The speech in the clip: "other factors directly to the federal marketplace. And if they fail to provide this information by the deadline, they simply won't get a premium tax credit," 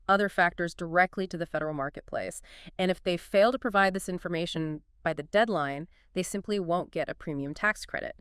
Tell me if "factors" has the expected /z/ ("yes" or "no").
yes